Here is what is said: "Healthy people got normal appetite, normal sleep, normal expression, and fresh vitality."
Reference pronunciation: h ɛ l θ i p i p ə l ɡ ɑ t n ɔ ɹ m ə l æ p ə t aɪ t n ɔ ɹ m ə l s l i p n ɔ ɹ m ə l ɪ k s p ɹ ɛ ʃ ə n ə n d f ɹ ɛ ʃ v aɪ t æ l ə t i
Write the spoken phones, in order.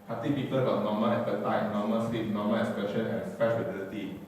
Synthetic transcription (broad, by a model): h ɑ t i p i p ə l ɡ ɑ t n ɔ m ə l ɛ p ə t aɪ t n ɔ m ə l s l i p n ɔ m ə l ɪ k s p ɛ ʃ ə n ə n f ɛ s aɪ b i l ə t i